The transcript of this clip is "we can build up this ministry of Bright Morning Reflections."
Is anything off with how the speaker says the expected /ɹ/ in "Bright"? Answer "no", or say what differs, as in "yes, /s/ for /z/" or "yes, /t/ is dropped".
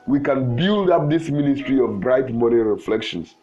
no